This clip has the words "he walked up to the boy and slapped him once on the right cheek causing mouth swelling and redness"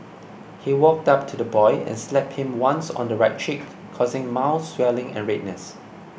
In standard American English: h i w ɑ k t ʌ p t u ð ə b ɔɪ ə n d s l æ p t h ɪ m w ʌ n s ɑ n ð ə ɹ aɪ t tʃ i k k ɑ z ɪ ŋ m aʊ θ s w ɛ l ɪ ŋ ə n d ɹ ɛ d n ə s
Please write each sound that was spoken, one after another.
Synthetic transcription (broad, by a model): h i w ɑ k t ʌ p t u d ə b ɔɪ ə n s l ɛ p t h ɪ m w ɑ n s ɑ n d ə ɹ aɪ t tʃ i k k ɑ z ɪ ŋ m aʊ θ s w ɛ l ɪ ŋ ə n ɹ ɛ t n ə s